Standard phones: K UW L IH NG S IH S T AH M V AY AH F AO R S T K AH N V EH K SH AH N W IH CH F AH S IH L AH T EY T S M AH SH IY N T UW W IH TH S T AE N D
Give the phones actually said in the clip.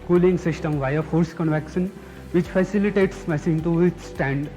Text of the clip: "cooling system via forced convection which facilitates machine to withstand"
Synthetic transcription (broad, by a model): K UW L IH NG S IH S T AH M V AY AH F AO R S K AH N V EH K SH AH N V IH CH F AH S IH L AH T EY T S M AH S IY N T UW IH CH S T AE N D